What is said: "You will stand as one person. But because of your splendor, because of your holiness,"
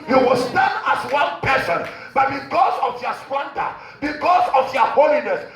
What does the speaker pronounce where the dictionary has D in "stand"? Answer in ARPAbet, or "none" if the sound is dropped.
none